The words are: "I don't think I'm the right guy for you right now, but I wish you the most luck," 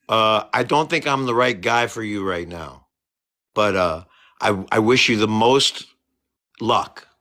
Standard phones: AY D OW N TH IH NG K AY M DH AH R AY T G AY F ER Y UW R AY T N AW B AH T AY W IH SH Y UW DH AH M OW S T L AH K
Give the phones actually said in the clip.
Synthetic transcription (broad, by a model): AY D OW N TH IH NG K AY M DH AH R AY T G AY F ER Y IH R AY T N AW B AH T AY W IH SH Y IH DH AH M OW S T L AH K